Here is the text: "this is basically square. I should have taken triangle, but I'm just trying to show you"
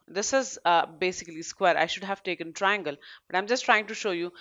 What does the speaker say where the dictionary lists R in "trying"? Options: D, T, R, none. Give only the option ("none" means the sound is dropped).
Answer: R